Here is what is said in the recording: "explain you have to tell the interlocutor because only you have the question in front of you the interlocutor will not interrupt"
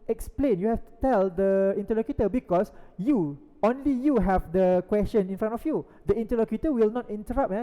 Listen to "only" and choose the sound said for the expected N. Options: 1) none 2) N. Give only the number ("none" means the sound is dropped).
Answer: 2